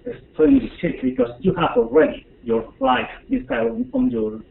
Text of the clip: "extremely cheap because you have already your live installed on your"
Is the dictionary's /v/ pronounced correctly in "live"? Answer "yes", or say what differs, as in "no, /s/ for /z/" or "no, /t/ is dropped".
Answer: no, /f/ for /v/